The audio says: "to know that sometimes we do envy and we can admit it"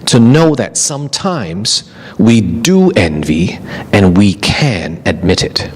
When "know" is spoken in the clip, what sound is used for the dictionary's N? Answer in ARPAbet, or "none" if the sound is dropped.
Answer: N